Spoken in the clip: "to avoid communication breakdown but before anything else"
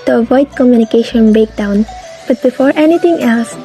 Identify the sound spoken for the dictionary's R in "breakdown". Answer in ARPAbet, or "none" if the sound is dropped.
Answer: none